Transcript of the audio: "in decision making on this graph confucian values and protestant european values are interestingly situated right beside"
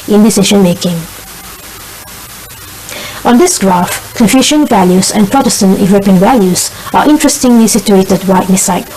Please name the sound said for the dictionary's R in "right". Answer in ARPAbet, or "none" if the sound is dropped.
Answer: W